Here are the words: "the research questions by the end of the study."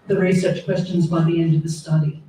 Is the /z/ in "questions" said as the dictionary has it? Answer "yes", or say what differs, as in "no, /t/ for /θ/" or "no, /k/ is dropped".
yes